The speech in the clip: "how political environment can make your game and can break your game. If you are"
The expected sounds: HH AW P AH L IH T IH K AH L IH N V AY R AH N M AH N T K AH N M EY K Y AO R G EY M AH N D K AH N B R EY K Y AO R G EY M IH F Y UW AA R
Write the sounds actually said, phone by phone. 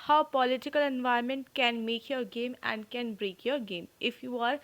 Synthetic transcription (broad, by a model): HH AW P AH L IH T IH K AH L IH N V AY AH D M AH N T K AH N M EY K Y AO R G EY M AH N D K AH N B R EY K Y AO R G EY M IH F Y UW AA R